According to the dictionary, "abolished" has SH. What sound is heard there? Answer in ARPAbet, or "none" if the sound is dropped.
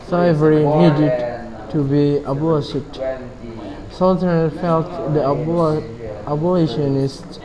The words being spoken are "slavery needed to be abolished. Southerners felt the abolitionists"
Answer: none